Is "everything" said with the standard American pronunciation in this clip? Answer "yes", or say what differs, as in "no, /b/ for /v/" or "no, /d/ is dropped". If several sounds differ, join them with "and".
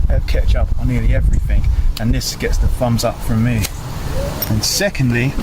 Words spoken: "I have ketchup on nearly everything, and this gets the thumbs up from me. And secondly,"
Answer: yes